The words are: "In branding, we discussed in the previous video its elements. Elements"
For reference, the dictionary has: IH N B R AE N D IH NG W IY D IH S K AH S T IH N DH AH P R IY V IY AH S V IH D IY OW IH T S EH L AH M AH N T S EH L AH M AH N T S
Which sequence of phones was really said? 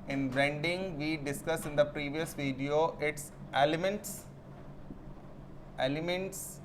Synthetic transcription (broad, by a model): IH N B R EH N D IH NG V IY D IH S K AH S IH N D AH P R IY V IY AH S V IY D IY OW IH T S EH L AH M AH N T S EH L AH M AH N T S